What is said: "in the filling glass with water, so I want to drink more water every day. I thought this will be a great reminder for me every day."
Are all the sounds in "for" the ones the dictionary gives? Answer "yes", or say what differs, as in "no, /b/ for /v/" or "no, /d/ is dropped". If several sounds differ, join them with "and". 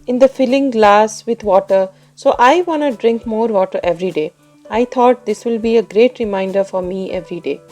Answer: yes